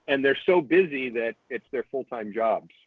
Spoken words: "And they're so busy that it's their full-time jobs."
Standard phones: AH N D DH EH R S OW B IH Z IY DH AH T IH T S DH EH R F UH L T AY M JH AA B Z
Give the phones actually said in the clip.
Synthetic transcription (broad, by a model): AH N DH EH R S OW B IH Z IY DH AH T IH T S DH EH R F UH L T AY M JH AA B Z